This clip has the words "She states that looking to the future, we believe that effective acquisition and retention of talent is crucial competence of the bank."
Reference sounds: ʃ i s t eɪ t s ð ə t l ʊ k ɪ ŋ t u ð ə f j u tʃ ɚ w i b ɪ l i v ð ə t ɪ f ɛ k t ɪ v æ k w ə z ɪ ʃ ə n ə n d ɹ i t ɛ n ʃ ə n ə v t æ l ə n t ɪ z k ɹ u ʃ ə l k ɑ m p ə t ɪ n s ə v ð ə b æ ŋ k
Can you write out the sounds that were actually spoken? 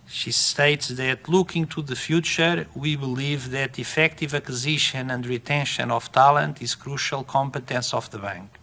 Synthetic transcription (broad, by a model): ʃ i s t eɪ t s ð ə t l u k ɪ ŋ t u ð ə f j u tʃ ɚ w i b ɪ l i v ð ə t ɪ f ɛ k t ɪ v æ k w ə z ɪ ʃ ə n ə n d ɹ i t ɛ n ʃ ə n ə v t æ l ə n t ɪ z k ɹ u ʃ ə l k ɑ m p ə t ɪ n s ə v ð ə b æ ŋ k